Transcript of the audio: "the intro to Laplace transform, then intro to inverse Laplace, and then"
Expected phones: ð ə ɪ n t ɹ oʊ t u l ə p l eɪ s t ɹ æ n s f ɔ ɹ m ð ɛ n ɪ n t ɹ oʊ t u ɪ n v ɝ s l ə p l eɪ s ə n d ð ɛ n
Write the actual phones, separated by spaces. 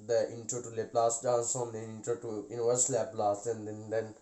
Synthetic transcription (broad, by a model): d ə ɪ n t ɹ oʊ t u l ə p l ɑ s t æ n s ɔ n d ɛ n ɪ n t ɹ oʊ t u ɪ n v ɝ s l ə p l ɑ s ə n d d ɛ n